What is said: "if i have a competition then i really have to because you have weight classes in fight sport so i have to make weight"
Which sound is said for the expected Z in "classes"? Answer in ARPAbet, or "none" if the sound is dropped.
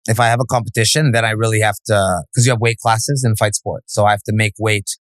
Z